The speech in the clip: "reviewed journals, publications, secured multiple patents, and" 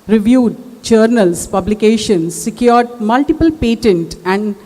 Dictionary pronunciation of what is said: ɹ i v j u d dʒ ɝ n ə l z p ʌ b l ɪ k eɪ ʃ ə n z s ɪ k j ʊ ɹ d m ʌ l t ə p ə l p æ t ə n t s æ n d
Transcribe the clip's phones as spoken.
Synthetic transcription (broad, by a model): ɹ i v j u d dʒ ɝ n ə l s p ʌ b l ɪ k eɪ ʃ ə n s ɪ k j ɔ ɹ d m ʌ l t ə p ə l p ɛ t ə n t æ n d